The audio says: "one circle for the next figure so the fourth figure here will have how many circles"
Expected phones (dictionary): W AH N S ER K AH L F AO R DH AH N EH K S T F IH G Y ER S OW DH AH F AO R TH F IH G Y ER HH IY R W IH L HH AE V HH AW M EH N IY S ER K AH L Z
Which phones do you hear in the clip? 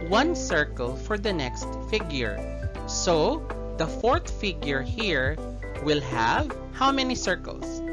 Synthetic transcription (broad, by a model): W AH N S ER K AH L F AO R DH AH N EH K S T F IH G Y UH S OW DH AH F AO R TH F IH G Y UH HH IY R W IH L HH AE V HH AW M EH N IY S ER K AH L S